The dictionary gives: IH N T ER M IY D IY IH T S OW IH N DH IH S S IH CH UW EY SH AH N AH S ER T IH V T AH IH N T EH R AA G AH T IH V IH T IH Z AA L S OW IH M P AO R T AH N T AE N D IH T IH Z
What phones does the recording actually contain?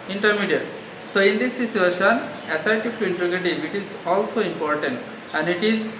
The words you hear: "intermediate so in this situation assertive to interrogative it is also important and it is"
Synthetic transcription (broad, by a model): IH N T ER M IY D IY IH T S OW IH N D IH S S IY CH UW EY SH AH N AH S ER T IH P T AH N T R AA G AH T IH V IH T IH Z AA L S OW IH M P AO R T AH N T AE N D IH T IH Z